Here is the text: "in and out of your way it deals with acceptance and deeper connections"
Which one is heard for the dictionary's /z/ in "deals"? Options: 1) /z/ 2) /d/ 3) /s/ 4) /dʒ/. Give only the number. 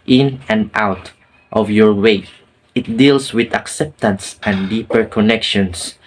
3